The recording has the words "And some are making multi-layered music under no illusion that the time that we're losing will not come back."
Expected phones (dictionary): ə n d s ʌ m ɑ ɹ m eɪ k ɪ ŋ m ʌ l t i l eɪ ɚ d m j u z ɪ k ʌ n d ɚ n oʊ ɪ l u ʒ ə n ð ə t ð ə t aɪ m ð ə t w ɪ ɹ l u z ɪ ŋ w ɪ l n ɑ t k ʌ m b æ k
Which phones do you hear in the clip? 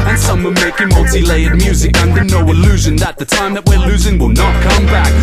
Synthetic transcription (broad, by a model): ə n s ʌ m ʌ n m eɪ k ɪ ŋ m ʌ l t i l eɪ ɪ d m j u z ɪ k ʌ n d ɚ n oʊ ɪ l u ʒ ə n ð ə t ð ə t aɪ m ð ə t w ɪ ɹ l u z ɪ ŋ w ɪ l n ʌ t k ʌ m b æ k